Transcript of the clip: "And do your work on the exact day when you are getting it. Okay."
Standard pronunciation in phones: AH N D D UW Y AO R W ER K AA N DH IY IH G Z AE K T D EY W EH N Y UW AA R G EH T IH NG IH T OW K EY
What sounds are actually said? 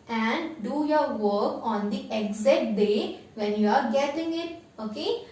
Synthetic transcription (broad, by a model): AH N D D UW Y AO R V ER K AA N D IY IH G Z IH T D EY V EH N Y UW AA R G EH T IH NG IH T OW K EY